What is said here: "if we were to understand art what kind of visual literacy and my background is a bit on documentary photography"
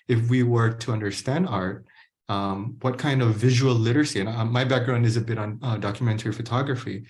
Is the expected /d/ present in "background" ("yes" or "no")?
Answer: yes